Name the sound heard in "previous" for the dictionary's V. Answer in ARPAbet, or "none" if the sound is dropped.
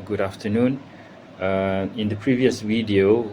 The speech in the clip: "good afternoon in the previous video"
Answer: V